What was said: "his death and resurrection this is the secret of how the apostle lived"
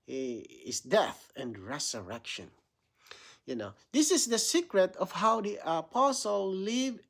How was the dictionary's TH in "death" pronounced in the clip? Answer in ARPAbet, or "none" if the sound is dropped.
TH